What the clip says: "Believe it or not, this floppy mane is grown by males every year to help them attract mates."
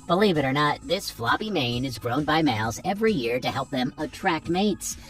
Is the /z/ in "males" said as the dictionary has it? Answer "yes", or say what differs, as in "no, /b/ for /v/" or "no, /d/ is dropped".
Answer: yes